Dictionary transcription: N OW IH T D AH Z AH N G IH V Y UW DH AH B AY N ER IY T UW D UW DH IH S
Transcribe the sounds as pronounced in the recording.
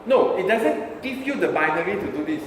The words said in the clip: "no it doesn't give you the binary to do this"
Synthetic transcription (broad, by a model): N OW IH T D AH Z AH N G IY P Y UW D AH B AY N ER IY T UW D UW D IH S